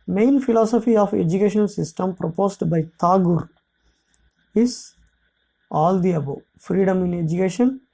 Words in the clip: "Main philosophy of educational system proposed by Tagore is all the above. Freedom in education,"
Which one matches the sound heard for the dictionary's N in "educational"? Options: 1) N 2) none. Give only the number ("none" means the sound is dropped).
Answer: 2